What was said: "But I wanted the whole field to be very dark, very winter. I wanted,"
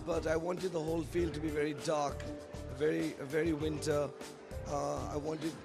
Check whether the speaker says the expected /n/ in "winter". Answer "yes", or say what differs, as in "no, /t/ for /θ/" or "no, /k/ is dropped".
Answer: yes